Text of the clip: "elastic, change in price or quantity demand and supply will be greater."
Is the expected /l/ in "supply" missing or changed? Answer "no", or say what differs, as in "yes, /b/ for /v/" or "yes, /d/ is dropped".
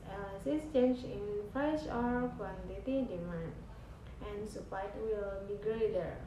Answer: yes, /l/ is dropped